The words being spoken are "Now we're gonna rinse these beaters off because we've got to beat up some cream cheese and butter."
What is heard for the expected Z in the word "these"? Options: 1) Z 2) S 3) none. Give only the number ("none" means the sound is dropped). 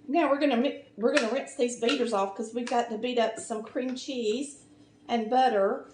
1